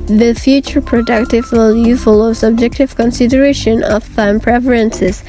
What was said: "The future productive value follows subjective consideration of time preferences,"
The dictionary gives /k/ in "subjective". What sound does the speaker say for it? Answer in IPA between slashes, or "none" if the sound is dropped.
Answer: /k/